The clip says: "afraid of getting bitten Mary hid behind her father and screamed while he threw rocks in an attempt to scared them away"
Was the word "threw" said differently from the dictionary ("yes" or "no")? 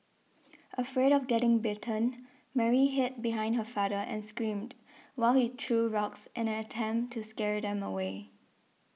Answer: yes